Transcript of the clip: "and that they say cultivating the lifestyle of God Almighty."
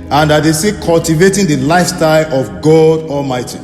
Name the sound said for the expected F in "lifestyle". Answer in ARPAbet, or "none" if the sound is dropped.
F